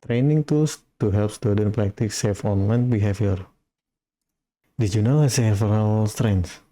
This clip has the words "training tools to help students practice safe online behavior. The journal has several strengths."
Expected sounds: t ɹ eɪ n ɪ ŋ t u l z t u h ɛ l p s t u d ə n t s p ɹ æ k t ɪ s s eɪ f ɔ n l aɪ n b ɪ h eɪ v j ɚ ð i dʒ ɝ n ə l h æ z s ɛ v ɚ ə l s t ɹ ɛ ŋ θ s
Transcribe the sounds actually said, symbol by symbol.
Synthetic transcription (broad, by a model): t ɹ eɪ n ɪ ŋ t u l s t u h ɛ l p s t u d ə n p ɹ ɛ k t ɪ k s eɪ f ɔ n l aɪ n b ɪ h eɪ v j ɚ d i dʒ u n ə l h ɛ s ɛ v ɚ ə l s t ɹ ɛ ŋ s